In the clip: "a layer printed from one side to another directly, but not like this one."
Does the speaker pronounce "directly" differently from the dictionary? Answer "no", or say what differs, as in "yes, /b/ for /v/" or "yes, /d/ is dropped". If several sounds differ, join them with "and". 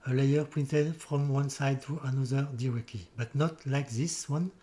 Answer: yes, /l/ is dropped